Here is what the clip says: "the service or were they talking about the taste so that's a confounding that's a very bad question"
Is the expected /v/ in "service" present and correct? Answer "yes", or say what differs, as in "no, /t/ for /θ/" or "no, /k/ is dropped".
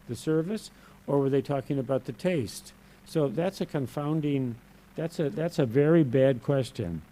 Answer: yes